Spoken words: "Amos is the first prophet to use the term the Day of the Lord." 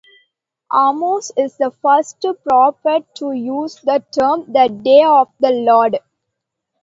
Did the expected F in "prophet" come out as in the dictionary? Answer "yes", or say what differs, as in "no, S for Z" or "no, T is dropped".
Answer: no, P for F